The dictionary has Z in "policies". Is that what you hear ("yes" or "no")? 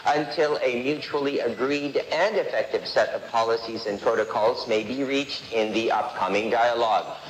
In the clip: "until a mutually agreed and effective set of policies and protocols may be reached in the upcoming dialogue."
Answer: yes